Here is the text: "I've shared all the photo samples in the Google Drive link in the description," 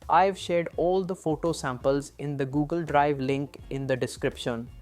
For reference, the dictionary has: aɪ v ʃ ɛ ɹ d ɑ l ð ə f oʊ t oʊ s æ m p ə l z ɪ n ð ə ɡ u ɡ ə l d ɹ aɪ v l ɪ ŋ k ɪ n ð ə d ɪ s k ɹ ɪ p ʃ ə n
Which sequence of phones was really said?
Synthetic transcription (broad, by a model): aɪ v ʃ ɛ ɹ d ɑ l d ə f oʊ t oʊ s æ m p ə l z ɪ n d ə ɡ u ɡ ə l d ɹ aɪ v l ɪ ŋ k ɪ n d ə d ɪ s k ɹ ɪ p ʃ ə n